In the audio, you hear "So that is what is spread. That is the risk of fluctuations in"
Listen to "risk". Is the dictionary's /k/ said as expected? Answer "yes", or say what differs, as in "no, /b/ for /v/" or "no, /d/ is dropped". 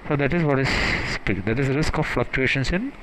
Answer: yes